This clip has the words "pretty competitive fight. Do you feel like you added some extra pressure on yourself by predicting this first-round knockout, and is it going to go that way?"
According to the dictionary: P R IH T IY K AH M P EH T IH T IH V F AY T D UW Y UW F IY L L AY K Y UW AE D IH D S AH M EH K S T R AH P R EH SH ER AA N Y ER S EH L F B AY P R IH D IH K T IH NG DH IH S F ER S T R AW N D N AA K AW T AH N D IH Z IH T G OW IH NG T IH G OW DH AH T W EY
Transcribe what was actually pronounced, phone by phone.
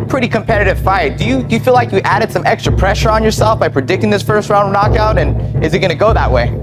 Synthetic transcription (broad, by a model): P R IH T IY K AH M P EH T IH T IH V F AY T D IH Y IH F IY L L AY K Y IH AE D IH D S AH M EH K S T R AH P R EH SH ER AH N Y ER S EH L F B AY P R IH D IH K T IH NG DH IH S F ER S T R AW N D N AA K AW T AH N IH Z IH T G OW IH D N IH G OW DH AH T W EY